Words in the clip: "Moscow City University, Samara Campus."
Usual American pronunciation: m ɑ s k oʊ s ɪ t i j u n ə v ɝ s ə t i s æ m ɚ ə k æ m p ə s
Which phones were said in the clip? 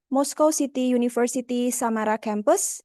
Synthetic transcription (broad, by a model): m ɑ s k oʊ s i t i j u n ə f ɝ s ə t i s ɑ m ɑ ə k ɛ m p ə s